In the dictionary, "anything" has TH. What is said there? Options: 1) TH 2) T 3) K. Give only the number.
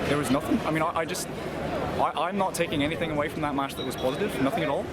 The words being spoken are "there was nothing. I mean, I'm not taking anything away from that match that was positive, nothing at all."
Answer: 1